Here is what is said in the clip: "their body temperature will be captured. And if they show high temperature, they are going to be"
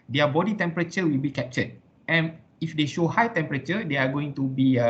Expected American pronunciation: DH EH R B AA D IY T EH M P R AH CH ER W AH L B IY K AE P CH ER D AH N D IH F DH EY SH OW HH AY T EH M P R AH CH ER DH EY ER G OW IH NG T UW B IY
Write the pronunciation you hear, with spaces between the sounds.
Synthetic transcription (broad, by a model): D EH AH B AA D IY T EH M P R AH CH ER W AH L B IY K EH P CH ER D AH N IH F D EY SH OW HH AY T EH M P R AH CH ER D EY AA G OW IH NG T UW B IY